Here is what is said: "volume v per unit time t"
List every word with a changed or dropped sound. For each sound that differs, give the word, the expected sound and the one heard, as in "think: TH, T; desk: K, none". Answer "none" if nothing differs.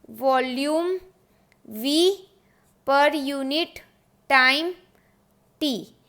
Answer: none